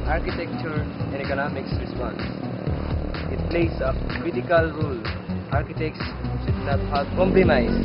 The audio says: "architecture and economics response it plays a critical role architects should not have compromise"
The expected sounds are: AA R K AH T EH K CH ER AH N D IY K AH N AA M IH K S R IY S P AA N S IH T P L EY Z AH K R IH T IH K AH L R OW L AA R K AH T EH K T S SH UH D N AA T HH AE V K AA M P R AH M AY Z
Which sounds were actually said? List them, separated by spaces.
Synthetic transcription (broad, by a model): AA R K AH T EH K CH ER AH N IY K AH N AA M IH K S R IY S P AA N S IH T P L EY S AH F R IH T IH K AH L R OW L AA R K AH T EH K T S S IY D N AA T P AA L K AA M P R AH M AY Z